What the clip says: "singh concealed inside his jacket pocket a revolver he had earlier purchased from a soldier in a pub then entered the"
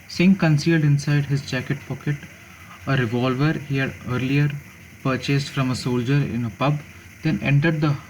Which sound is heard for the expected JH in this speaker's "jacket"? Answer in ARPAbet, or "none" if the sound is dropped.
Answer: JH